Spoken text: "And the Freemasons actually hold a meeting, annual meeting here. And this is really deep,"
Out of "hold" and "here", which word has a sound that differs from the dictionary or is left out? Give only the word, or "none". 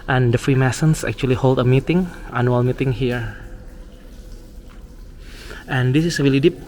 none